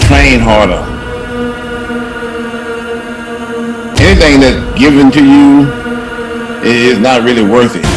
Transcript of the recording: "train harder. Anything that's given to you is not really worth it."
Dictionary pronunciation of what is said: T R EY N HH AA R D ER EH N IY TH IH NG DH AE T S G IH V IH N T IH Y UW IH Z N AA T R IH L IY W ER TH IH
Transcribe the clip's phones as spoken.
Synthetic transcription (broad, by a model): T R EY N HH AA R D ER EH N IY TH IH NG DH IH T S G IH V IH N T IH Y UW IH Z N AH T R IH L IY W ER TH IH